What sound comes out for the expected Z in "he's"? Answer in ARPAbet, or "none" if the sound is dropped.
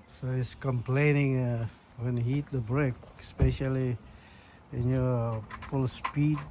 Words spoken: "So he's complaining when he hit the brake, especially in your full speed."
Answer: S